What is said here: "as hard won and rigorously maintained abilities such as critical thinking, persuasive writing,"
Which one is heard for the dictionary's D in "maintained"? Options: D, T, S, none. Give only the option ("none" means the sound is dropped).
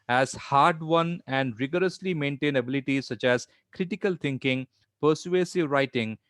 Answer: none